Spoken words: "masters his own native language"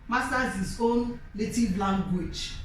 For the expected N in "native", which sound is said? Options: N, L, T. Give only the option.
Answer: L